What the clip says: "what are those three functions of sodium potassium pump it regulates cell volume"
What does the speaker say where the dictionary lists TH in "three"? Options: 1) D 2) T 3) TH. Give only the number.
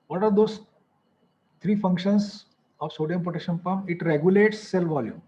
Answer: 2